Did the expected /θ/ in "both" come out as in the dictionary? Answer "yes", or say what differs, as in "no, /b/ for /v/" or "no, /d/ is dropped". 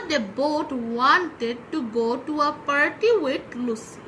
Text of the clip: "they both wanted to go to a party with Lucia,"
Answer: no, /t/ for /θ/